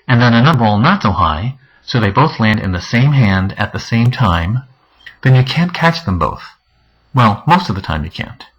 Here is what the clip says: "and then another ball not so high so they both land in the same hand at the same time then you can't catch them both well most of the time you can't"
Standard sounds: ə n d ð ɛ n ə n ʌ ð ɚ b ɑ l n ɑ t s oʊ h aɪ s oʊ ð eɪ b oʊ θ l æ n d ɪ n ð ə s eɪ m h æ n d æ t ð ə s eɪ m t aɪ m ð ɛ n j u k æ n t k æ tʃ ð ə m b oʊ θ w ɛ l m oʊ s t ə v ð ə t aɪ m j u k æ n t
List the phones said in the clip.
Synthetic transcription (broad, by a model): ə n ð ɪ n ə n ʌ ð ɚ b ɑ l n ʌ t s oʊ h aɪ s oʊ ð eɪ b oʊ θ l æ n d ɪ n ð ə s eɪ m h æ n d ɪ t ð ə s eɪ m t aɪ m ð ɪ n j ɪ k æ n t k æ tʃ ð ə m b oʊ θ w ɛ l m oʊ s t ə v ð ə t aɪ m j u k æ n t